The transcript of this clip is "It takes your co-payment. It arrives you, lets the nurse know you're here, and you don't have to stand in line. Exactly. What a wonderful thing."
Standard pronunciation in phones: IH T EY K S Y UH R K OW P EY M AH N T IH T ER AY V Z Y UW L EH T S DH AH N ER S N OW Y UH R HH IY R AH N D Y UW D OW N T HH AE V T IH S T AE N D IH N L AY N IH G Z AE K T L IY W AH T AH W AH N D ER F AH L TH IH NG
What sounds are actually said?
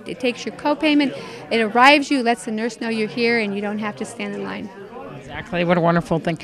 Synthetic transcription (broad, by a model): IH T EY K S Y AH R K OW P EY M AH N T IH T ER AY V Z Y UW L EH T S DH AH N ER S N OW Y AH R HH IY R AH N Y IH D OW N T HH AE F T IH S T AE N D IH N L AY N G Z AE K T L IY W AH T AH W AH N D ER F L TH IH NG